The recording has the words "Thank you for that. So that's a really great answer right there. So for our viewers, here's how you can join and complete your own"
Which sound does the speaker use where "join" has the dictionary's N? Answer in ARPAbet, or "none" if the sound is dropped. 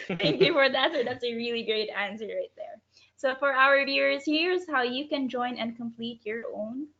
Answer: N